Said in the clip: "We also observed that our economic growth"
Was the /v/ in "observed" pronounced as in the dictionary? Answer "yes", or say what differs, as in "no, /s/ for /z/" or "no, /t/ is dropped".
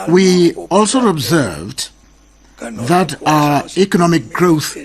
yes